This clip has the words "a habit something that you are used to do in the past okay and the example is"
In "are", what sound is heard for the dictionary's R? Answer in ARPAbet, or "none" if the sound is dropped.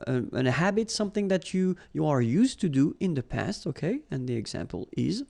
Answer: R